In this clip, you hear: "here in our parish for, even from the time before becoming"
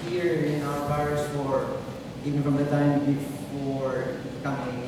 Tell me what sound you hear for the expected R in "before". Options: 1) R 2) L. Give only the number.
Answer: 1